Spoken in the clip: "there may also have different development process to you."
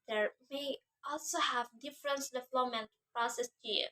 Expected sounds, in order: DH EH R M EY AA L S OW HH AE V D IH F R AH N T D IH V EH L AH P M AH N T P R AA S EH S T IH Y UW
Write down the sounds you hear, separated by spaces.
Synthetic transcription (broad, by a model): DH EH R M EY AA L S OW HH AE V D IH F R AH N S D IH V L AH M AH N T P R AA S EH S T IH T